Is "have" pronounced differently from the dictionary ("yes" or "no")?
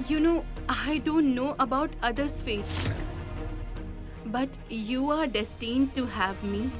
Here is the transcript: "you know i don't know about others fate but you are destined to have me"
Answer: no